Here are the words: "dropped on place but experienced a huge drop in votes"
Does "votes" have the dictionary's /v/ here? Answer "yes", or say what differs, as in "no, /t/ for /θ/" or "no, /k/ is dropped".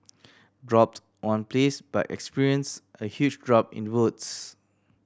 no, /w/ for /v/